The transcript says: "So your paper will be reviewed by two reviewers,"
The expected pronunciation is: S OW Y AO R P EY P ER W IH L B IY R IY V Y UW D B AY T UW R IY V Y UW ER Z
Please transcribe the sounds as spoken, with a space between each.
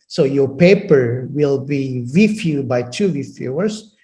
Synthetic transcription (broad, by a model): S OW Y AO R P EY P ER W IH L B IY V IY F Y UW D B AY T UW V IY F Y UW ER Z